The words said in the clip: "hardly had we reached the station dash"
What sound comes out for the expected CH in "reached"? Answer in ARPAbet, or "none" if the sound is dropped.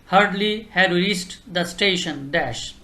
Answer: S